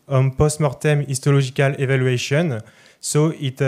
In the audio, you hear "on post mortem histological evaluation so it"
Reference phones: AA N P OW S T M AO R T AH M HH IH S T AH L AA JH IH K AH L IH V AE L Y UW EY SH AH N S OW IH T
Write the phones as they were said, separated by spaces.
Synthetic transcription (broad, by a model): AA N P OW S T M AO R T AH M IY S T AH L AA ZH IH K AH L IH V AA L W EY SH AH N S OW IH T